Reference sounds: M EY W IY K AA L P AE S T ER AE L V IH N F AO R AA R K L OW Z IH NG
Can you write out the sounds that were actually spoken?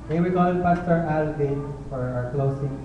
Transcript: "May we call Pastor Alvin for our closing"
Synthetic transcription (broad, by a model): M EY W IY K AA N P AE S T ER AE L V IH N F AO R AA R K L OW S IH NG